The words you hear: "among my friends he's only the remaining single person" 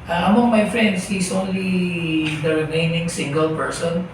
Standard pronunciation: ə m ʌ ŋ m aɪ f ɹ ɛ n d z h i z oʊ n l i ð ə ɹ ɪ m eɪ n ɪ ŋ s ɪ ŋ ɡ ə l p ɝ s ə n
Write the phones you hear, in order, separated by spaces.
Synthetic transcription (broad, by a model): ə m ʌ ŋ m aɪ f ɹ ɛ n d s h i s oʊ n l i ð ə ɹ ɪ m eɪ n ɪ ŋ s ɪ ŋ ɡ ə l p ɝ s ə n